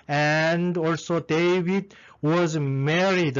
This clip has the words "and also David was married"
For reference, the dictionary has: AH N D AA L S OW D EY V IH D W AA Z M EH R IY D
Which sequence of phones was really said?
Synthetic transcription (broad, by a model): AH N D AA L S OW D EY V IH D W AA Z M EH R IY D